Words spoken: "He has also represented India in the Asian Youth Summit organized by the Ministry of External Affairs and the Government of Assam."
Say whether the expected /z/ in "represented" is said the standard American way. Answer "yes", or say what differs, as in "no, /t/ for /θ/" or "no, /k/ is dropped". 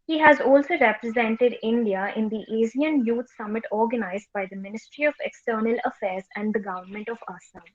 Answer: yes